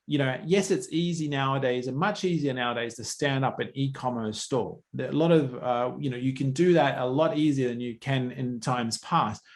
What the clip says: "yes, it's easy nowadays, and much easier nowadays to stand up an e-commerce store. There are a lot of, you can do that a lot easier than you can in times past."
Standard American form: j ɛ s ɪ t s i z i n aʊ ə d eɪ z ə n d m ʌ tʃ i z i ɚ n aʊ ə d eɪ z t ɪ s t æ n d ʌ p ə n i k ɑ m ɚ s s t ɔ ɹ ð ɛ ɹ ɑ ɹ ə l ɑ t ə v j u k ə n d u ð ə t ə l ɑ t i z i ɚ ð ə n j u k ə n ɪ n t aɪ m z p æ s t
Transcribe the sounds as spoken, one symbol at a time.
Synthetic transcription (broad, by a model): j ɛ s ɪ t s i z i n aʊ ə d eɪ z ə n m ʌ tʃ i z i ɚ n aʊ ə d eɪ z t ɪ s t æ n d ʌ p ə n i k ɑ m ɚ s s t ɔ ɹ ð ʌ l ɑ ɹ ə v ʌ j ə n j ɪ k ə n d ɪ ð ə t ə l ɑ t i z i ɚ ð ə n j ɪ k ə n ɪ n t aɪ m z p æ s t